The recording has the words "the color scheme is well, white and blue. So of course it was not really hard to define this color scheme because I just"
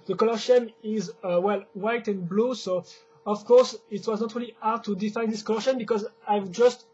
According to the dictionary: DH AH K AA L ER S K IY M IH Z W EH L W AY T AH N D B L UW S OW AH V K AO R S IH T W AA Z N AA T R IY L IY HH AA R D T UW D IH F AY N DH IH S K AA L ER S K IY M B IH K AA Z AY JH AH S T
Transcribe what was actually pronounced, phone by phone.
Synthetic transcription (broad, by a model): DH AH K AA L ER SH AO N IH Z W EH L W AY T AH N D B L UW S OW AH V K AO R S IH T W AA Z N AA T R IY L IY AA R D T UW D IH F AY N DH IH S K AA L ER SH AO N B IH K AA Z AY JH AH S T